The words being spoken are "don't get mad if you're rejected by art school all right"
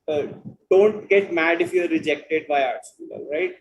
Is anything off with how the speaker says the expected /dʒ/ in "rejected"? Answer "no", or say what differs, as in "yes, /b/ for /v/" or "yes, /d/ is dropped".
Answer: no